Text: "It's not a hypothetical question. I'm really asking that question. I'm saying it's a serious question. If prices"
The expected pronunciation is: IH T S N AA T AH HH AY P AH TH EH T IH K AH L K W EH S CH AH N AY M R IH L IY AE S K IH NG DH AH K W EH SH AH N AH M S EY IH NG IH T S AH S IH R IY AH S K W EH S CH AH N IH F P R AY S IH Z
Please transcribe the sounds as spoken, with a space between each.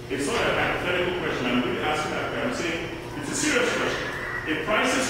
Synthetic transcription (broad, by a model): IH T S L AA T AH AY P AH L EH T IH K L K W EH S CH AH N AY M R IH IY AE S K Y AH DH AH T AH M S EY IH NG IH T S AH S IH R IY AH S K W EH S CH AH N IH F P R AY S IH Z